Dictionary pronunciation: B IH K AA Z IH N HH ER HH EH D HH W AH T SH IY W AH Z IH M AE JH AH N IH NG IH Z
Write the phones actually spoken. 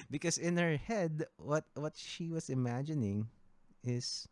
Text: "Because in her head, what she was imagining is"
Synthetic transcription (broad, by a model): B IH K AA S IH N HH ER HH EH D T W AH T SH IY W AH S IH M AE JH AH N IH NG IH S